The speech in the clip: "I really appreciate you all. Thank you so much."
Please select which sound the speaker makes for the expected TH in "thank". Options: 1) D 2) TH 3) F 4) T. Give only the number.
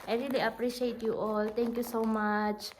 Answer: 4